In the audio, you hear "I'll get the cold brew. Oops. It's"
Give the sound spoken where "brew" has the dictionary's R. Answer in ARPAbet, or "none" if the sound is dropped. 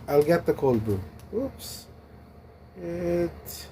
none